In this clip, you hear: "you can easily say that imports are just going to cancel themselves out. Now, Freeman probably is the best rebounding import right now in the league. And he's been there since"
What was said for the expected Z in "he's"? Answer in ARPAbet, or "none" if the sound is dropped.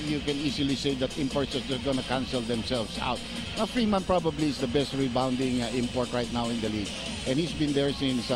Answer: S